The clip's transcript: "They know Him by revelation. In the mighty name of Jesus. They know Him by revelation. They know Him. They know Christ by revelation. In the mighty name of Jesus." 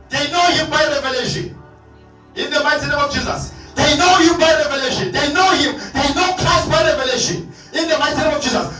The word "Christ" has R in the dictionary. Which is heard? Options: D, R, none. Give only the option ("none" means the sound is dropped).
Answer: none